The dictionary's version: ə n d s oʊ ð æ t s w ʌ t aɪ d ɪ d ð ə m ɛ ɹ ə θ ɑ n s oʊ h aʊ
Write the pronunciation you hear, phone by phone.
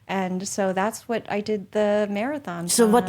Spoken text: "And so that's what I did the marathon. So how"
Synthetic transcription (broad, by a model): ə n s oʊ ð æ t s w ʌ t aɪ d ɪ d ð ə m ɛ ɹ ə θ ɑ n s oʊ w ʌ